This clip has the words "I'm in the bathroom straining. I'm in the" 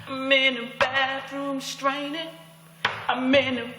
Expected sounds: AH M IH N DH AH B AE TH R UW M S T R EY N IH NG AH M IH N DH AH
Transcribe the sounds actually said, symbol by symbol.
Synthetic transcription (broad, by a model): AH M IH N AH B AE TH R UW M S T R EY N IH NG AH M IH N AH